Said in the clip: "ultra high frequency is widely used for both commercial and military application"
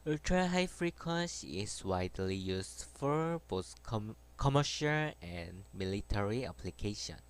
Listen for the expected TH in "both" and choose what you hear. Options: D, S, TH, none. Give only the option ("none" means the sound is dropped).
S